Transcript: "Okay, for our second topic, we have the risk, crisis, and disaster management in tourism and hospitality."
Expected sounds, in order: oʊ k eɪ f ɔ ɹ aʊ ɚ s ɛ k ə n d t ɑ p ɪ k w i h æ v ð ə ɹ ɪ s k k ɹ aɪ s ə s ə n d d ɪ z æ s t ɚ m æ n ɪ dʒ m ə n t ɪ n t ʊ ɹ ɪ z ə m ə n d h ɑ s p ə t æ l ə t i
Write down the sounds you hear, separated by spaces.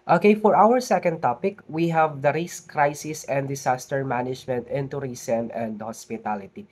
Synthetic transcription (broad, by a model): oʊ k eɪ f ɔ ɹ aʊ ɚ s ɛ k ə n d t ɑ p ɪ k w i h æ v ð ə ɹ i s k k ɹ aɪ s ə s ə n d d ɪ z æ s t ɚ m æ n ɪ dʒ m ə n t ɪ n t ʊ ɹ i s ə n ə n d h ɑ s p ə t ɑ l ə t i